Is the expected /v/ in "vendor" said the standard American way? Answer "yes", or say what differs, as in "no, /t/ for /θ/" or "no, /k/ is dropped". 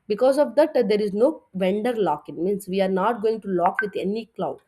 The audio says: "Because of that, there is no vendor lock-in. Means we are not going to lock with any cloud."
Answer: yes